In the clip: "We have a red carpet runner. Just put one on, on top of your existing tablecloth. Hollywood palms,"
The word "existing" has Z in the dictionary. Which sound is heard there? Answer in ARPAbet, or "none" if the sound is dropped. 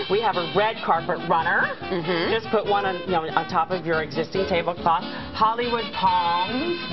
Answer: Z